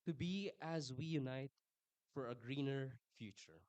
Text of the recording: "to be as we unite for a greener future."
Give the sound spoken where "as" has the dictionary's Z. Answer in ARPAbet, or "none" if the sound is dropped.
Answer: Z